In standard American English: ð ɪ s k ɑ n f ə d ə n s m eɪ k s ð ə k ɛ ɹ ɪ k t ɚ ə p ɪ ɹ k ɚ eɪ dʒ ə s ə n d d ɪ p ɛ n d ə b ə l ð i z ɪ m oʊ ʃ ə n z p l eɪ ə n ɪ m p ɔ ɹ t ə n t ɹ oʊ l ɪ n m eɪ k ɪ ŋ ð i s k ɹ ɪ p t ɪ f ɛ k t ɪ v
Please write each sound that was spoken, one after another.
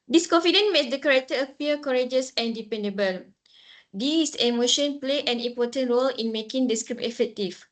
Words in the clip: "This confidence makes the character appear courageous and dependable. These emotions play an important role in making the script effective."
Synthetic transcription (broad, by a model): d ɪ s k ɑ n f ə d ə n m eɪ s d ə k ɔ ɹ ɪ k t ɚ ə p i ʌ k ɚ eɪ dʒ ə s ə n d d ɪ p ɛ n d ə b ə l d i s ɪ m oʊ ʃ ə n p l eɪ ə n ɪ m p ɔ t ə n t ɹ oʊ l ɪ n m eɪ k ɪ ŋ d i s k ɹ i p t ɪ f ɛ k t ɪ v